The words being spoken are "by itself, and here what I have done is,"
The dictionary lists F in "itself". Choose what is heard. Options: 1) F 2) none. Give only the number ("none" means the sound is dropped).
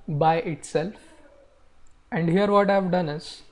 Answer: 1